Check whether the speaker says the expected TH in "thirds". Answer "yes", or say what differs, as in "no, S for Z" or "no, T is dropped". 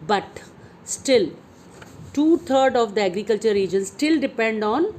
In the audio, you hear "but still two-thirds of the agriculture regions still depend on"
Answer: no, T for TH